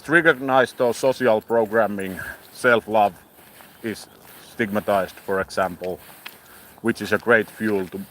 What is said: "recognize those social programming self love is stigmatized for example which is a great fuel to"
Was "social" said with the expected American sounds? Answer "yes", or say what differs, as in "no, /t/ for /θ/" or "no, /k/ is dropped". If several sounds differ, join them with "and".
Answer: no, /s/ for /ʃ/